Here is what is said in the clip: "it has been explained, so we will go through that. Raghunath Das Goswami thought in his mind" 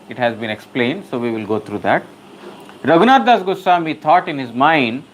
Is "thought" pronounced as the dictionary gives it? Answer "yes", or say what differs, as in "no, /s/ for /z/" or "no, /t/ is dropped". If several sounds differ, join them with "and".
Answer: no, /t/ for /θ/